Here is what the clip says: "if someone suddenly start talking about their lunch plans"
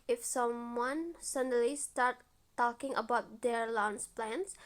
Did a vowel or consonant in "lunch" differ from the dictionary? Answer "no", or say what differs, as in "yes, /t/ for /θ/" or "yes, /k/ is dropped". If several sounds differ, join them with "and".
yes, /s/ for /tʃ/